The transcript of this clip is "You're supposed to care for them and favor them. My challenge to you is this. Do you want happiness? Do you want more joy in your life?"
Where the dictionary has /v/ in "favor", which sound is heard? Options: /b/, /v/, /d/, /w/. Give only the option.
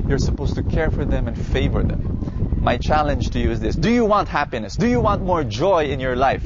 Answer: /v/